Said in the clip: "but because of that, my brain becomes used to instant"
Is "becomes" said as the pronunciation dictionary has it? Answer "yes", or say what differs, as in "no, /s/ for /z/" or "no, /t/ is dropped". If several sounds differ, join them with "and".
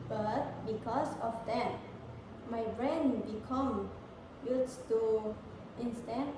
no, /z/ is dropped